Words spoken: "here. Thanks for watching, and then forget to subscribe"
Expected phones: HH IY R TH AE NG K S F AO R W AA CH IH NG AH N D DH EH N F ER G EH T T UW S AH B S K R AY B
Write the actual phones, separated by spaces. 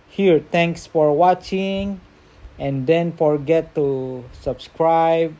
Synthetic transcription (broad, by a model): HH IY R T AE NG K S F AO R W AA CH IH NG AH N D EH N F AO G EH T T UW S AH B S K R AY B